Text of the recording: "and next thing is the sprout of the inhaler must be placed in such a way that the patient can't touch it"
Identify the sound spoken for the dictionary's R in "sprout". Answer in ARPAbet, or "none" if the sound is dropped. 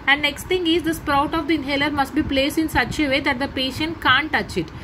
R